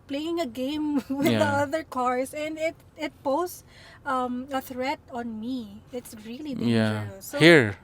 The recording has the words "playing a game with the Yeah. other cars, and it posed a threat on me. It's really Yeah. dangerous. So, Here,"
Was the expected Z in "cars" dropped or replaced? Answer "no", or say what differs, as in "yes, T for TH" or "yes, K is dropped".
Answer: yes, S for Z